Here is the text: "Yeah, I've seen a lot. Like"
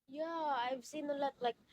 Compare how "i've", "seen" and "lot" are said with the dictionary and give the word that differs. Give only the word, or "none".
none